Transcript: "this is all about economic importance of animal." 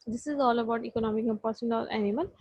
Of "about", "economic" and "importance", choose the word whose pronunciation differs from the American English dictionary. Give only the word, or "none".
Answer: importance